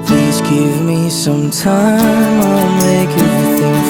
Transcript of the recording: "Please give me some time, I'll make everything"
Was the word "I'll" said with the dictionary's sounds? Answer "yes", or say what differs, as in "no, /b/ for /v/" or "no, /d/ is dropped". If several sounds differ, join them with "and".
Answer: no, /n/ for /l/